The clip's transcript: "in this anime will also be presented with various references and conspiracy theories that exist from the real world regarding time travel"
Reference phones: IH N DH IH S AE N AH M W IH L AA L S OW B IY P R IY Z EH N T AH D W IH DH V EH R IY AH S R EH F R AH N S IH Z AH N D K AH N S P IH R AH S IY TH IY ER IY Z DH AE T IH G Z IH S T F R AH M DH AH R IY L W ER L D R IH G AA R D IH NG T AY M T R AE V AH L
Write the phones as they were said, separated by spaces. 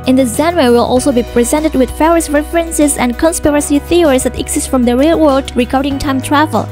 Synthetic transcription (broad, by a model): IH N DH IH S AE N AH W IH L AA L S OW B IY P R IY Z EH N T AH D W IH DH F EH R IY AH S R EH F R AH N S IH Z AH N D K AH N S P IH R AH S IY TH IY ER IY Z DH AE T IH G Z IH S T F R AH M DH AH R IY L W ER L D R IH G AA R D IH NG T AY M T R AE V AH L